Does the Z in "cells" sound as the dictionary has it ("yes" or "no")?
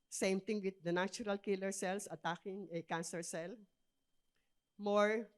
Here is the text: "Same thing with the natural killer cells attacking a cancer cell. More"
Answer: no